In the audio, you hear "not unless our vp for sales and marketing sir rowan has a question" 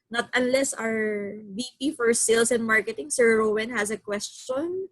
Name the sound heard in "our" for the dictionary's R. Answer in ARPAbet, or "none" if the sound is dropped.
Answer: R